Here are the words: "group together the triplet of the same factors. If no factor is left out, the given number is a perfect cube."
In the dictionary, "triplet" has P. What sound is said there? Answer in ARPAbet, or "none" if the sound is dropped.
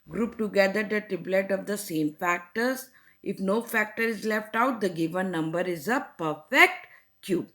B